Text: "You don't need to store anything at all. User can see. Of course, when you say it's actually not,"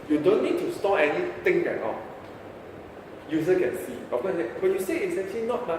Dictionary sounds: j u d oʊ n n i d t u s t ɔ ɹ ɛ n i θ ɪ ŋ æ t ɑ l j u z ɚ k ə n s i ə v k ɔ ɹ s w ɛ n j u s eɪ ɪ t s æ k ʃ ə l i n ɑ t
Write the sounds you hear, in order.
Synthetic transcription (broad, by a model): j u d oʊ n n i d t u s t ɔ ɛ n i t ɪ ŋ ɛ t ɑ j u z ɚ k ə n s i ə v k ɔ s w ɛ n j u s eɪ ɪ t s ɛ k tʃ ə l i n ɑ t